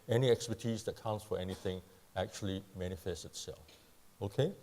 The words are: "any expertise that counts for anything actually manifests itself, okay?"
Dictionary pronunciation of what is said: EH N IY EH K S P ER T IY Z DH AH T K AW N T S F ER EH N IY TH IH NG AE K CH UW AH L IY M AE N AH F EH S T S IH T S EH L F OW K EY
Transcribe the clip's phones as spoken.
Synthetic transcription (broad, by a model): EH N IY EH K S P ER T IY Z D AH T K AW N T S F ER EH N IY TH IH NG AE K CH UW AH L IY M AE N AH F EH S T IH T S EH L F OW K EY